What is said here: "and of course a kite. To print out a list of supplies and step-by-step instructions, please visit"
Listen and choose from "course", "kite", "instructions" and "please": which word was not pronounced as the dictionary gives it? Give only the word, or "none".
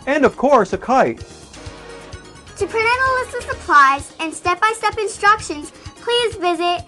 none